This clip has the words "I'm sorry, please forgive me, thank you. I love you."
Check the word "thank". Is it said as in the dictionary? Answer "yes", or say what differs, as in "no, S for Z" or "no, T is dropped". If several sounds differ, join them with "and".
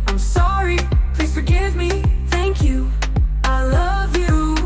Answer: yes